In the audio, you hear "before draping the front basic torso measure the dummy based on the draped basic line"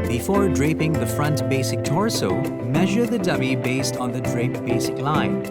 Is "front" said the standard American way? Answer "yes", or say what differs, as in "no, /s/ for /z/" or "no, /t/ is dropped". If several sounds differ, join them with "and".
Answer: yes